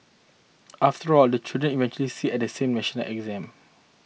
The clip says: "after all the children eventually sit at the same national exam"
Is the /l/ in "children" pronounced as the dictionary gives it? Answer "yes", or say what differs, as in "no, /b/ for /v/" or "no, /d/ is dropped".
no, /l/ is dropped